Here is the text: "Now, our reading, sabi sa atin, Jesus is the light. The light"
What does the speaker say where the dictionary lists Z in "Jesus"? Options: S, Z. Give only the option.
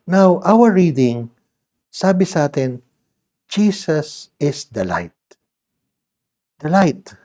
S